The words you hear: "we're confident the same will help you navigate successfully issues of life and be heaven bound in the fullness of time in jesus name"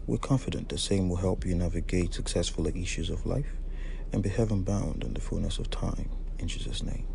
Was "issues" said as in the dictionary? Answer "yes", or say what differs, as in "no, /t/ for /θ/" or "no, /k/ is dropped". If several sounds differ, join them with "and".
yes